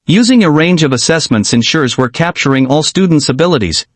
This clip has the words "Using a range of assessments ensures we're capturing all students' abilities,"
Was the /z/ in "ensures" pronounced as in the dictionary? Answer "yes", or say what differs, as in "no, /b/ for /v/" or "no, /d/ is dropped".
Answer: yes